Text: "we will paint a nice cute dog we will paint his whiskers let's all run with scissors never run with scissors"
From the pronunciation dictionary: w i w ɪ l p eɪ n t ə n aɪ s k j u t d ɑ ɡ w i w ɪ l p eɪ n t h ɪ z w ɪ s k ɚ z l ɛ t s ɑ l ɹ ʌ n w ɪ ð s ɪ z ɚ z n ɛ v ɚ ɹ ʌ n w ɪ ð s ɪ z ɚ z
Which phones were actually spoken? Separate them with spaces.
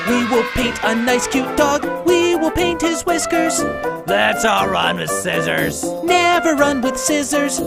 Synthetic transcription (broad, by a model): w i w ɪ l p eɪ n t ə n aɪ s k j u t d ɑ ɡ w i w ɪ l p eɪ n t h ɪ z w ɪ s k ɚ z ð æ t s ɑ l ɹ ʌ n w ɪ ð s ɪ z ɚ z n ɛ v ɚ ɹ ʌ n w ɪ ð s ɪ z ɚ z